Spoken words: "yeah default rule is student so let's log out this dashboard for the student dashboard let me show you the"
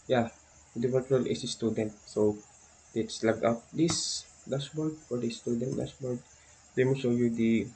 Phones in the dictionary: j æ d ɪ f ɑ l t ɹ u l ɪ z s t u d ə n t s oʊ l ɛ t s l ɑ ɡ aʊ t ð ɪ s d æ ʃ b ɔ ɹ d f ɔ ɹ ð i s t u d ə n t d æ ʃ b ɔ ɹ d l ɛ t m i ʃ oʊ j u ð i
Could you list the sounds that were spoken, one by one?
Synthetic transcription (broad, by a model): j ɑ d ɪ p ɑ t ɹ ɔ l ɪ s s t u d ə n t s oʊ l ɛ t s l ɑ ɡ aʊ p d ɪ s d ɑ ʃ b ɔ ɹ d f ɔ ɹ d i s t u d ə n t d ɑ s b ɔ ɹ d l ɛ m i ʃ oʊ j u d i